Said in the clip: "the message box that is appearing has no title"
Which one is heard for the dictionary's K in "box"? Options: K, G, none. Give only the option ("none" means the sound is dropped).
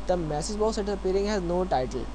none